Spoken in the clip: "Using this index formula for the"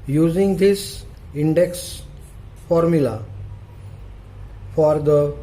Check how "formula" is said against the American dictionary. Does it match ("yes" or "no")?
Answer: yes